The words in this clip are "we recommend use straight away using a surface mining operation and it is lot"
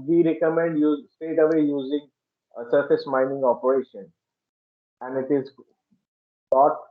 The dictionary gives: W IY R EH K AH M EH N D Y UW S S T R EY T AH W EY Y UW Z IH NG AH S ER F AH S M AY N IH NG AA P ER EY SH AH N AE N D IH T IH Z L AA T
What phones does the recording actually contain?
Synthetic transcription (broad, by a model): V IY R EH K AH M EH N D Y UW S S T EY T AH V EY Y UW Z IH NG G S ER F AH S M AY N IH NG AA P ER EY SH AH N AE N D IH T IH Z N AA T